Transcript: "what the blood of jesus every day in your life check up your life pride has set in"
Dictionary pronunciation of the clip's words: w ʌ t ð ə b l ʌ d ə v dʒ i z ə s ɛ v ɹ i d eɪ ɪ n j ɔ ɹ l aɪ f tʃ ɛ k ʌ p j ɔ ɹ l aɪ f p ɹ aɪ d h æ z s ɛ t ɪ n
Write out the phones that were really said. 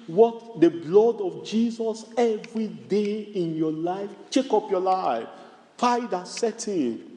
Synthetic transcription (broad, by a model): w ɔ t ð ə b l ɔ d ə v dʒ i z ə s ɛ v ɹ i d eɪ ɪ n j ɔ l aɪ f tʃ ɛ k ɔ p j ɔ l aɪ f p aɪ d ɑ s ɛ t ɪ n